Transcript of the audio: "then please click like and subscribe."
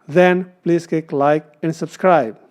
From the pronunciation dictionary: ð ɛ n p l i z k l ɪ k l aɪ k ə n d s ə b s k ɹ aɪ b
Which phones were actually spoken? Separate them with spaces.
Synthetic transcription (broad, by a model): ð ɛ n p l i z k ɪ k l aɪ k ə n d s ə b s k ɹ aɪ b